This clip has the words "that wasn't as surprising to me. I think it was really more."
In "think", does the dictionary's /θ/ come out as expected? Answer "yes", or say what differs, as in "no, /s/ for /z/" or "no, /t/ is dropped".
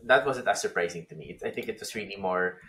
yes